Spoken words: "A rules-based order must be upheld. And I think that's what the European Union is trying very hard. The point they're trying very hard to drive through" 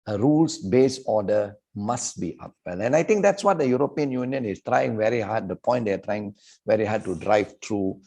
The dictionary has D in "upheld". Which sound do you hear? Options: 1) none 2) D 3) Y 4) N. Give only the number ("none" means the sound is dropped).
1